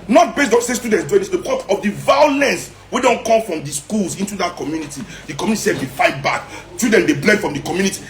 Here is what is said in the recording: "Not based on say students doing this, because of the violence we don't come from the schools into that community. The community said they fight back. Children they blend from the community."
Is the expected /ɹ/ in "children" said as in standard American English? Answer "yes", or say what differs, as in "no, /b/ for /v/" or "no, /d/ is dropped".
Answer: no, /ɹ/ is dropped